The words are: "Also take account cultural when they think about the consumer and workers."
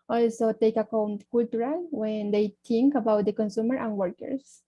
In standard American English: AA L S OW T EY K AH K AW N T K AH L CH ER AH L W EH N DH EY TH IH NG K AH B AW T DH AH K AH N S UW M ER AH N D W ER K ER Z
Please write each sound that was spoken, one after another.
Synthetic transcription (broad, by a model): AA L S OW T EY K AH K AW N T K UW L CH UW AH L W EH N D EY T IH NG K AH B AW T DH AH K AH N S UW M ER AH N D W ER K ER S